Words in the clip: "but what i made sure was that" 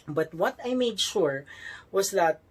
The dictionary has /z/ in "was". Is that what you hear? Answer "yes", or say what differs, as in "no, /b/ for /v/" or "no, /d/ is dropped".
no, /s/ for /z/